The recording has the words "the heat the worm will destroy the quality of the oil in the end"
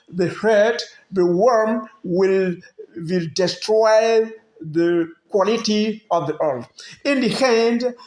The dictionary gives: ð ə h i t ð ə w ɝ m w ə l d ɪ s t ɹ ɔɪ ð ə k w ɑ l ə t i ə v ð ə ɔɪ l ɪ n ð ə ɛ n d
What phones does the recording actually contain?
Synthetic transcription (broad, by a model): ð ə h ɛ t ð ə w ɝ m w ə l d ɪ s t ɹ ɔɪ ð ə k w ɑ l ə t i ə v ð ə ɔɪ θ ɪ n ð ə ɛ n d